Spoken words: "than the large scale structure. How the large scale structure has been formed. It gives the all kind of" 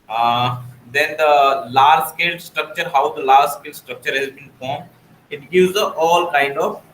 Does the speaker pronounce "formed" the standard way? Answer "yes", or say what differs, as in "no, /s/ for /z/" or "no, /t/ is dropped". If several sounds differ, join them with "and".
no, /d/ is dropped